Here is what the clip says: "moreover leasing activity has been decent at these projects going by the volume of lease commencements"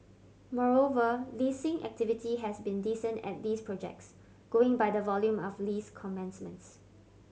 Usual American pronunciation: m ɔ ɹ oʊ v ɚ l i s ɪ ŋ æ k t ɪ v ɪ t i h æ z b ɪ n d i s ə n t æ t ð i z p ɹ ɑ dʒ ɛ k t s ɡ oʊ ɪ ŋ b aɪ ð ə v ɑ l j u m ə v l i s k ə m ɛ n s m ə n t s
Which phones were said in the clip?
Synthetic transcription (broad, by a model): m ɔ ɹ oʊ v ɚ l i s ɪ ŋ æ k t ɪ v ɪ t i h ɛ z b ɪ n d i s ə n t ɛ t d i s p ɹ ɑ dʒ ɛ k t s ɡ oʊ ɪ ŋ b aɪ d ə v ɑ l j u m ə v l i s k ə m ɛ n s m ə n t s